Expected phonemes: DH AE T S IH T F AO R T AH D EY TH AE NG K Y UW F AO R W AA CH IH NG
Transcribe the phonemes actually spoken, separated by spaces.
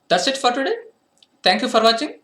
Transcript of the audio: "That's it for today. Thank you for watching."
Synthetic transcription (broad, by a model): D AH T S IH T F AO R T AH D EY T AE NG K Y UW F AO R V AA CH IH NG